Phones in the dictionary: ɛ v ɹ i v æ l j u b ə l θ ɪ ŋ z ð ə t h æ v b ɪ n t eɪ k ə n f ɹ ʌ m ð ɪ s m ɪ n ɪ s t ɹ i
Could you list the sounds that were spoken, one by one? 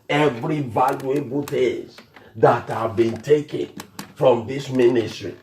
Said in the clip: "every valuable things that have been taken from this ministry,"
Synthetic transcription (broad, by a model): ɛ v ɹ i v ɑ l j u b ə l t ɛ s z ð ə t h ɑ v b ɪ n t eɪ k ə n f ɹ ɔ m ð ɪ s m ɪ n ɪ s t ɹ i